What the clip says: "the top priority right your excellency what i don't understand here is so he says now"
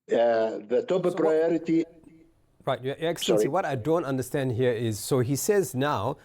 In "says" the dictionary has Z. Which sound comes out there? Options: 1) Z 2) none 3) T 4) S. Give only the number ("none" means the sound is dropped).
1